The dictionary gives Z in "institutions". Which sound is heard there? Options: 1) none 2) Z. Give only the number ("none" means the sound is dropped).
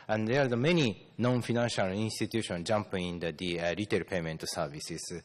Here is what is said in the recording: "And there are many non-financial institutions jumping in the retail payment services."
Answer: 1